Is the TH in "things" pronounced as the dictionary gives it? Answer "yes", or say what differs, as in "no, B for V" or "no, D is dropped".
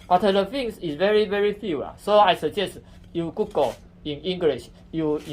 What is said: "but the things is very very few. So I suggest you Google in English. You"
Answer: no, F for TH